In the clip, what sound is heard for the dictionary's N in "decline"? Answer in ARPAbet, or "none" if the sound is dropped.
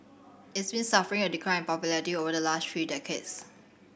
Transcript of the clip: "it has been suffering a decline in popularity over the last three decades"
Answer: none